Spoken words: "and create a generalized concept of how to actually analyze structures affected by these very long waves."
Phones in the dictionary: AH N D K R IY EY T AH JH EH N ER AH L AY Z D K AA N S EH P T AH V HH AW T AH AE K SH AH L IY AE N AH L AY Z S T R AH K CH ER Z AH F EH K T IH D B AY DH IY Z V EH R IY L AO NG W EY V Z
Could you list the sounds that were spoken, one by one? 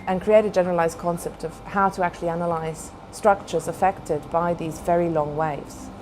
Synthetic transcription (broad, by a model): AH N K R IY EY T AH JH EH N ER AH L AY Z D K AA N S EH P T AH V HH AW T AH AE K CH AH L IY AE N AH L AY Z S T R AH K CH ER Z AH F EH K T IH D B AY DH IY Z V EH R IY L AO NG W EY V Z